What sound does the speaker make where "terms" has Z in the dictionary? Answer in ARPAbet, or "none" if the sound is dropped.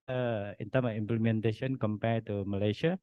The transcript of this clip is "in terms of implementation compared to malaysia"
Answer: none